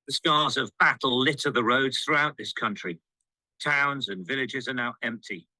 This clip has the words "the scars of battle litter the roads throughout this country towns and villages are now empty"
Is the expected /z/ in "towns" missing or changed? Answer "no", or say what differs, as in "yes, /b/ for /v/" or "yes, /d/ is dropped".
no